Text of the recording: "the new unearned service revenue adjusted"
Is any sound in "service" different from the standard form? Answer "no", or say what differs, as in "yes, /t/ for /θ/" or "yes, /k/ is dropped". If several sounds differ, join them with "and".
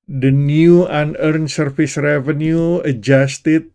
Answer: yes, /f/ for /v/